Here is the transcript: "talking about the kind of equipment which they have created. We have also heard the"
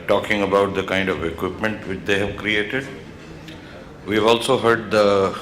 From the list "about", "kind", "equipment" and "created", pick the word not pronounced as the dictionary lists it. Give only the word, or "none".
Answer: none